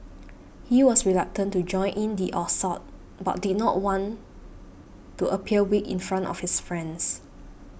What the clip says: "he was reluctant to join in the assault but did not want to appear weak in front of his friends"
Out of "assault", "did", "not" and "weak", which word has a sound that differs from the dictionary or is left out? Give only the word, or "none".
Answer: assault